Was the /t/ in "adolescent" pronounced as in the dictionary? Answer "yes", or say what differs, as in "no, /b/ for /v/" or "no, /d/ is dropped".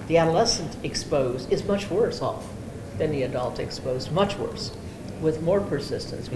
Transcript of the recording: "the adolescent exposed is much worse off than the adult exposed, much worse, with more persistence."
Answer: yes